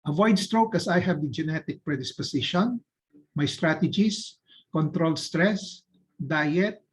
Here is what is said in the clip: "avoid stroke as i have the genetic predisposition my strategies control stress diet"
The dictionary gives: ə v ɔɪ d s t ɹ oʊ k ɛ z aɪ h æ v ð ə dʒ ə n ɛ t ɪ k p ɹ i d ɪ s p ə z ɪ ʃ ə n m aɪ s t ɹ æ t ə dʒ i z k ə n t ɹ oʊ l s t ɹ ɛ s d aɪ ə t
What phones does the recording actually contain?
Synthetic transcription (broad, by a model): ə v ɔɪ d s t ɹ oʊ k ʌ s aɪ h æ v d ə dʒ ə n ɛ t ɪ k p ɹ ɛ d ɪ s p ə s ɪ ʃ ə n m aɪ s t ɹ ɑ t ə dʒ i s k ə n t ɹ oʊ l s t ɹ ɛ s d aɪ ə t